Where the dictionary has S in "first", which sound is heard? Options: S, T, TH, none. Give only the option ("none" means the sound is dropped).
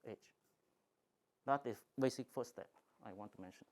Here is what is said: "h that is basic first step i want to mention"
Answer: none